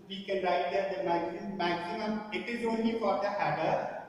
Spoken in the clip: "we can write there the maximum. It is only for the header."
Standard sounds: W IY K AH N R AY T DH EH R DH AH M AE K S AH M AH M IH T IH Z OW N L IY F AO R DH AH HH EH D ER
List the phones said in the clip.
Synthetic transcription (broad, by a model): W IY K AH N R AY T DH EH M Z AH M AE K S AH M AH M IH T IH Z OW N L IY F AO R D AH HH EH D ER